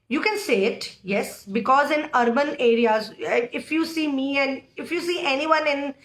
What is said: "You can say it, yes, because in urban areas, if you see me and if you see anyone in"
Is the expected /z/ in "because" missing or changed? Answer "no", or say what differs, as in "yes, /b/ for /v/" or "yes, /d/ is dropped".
no